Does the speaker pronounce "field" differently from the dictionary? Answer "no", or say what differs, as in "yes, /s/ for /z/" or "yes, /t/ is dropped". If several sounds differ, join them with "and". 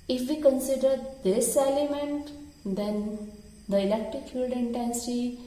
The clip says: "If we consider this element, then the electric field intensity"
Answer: yes, /l/ is dropped